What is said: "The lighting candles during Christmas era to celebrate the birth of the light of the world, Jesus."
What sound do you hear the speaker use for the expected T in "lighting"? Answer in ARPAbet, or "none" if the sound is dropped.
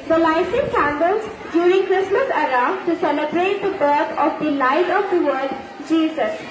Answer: S